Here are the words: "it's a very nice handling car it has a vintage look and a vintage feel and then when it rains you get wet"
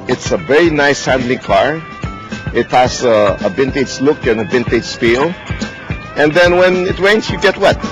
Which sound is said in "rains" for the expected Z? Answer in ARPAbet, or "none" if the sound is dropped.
S